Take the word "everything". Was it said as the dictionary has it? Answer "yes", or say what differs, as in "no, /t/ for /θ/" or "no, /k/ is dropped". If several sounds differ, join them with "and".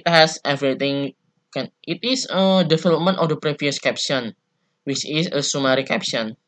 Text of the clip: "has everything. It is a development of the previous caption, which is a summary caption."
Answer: no, /t/ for /θ/